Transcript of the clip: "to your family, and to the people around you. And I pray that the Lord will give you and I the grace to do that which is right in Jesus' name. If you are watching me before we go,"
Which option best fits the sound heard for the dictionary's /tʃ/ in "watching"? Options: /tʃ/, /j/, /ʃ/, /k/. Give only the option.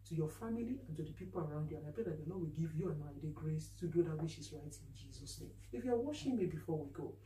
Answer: /ʃ/